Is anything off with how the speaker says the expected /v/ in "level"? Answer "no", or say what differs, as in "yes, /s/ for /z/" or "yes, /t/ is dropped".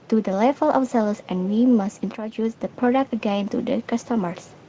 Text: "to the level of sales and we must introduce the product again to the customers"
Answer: yes, /f/ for /v/